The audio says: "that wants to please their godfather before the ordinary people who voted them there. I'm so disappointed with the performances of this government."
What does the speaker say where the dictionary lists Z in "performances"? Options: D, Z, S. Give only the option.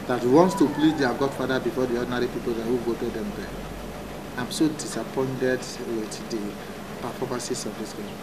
S